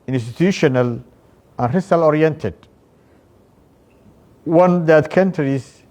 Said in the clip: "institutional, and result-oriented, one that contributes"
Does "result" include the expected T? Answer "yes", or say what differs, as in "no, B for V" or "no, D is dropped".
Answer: no, T is dropped